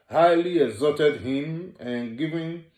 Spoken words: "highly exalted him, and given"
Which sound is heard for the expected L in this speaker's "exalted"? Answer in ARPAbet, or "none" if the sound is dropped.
none